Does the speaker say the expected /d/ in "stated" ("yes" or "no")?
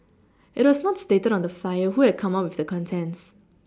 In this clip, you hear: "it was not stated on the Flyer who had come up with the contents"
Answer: yes